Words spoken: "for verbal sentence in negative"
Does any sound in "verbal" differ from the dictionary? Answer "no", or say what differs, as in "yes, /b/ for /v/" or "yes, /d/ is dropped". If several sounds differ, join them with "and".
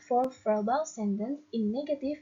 yes, /f/ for /v/